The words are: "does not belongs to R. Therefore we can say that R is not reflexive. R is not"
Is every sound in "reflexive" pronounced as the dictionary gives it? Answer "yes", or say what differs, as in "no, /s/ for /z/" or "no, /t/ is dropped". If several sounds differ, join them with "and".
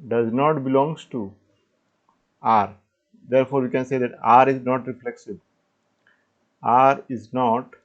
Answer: no, /b/ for /v/